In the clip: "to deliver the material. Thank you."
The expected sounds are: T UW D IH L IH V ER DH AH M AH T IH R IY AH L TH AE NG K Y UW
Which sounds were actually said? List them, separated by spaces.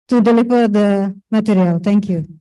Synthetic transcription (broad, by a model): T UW D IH L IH P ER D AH M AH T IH R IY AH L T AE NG K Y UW